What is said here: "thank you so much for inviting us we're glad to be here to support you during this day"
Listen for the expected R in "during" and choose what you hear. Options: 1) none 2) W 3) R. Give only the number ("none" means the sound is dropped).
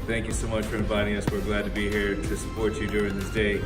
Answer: 3